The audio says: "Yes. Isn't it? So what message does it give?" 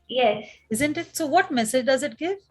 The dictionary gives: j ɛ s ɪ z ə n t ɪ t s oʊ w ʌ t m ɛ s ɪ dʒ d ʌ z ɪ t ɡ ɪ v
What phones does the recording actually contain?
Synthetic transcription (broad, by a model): j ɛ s ɪ z ə n t ɪ t s oʊ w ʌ t m ɛ s ɪ dʒ d ʌ z ɪ t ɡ ɪ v